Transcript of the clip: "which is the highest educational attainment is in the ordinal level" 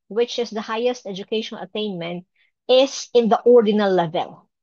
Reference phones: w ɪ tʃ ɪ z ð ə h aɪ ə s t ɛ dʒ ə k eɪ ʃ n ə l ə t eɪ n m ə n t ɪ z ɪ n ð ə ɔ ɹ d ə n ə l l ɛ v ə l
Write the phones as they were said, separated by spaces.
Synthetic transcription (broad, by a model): w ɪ tʃ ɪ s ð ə h aɪ ə s t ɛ dʒ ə k eɪ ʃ ə n ə t eɪ n m ə n t ɪ s ɪ n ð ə ɔ ɹ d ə n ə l l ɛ v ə l